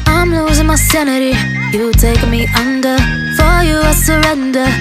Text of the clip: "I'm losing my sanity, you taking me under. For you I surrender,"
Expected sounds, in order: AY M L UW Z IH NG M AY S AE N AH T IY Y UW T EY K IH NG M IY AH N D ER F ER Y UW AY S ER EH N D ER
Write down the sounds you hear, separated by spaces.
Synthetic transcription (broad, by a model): AY M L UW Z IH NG M AY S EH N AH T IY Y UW T EY IH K M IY AH N D ER F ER Y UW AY S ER EH N D ER